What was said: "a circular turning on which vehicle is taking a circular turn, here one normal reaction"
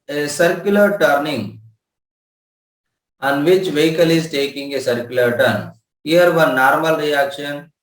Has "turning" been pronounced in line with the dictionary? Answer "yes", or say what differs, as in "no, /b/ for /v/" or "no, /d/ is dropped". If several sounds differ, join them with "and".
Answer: yes